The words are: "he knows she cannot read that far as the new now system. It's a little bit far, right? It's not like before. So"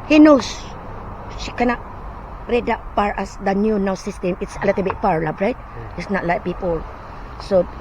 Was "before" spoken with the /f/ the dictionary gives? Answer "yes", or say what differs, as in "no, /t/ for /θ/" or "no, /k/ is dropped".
no, /p/ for /f/